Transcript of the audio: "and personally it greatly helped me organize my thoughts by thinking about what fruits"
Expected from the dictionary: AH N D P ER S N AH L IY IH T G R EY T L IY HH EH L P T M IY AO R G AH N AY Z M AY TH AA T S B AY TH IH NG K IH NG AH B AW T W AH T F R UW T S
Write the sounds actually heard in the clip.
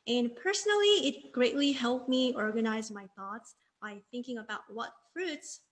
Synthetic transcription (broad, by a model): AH N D P ER S N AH L IY IH T G R EY T L IY HH EH L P M IY AO R G AH N AY Z M AY TH AA T S B AY TH IH NG K IH NG AH B AW T W AH T F R UW T S